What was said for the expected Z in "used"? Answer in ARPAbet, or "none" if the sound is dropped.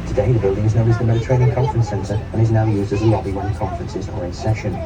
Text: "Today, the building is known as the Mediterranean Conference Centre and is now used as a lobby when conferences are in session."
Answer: Z